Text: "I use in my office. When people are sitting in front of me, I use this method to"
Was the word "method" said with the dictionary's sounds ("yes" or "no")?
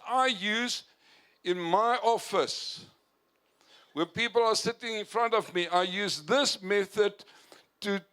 yes